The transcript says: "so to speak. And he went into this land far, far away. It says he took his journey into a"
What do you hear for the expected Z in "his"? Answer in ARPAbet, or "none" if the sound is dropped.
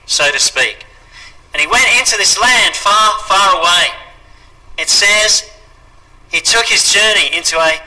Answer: Z